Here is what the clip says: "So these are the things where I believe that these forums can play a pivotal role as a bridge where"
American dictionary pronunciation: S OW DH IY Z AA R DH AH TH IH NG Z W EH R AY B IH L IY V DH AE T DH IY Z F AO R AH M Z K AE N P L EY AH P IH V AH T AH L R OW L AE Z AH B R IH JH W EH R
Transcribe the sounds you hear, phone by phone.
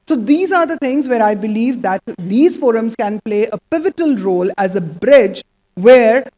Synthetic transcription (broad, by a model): S OW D IY Z AA R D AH T IH NG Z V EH R AY B IH L IY V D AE T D IY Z F AO R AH M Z K AE N P L EY AH P IH V AH T AH L R OW L AE Z AH B R IH JH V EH R